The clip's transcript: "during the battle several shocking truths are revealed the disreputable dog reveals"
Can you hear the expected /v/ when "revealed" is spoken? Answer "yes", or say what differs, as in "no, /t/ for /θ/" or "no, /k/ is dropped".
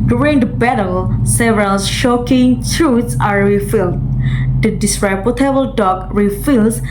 no, /f/ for /v/